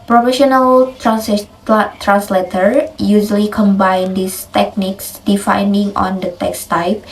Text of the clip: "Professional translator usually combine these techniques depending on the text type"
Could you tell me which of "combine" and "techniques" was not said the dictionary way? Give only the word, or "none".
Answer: none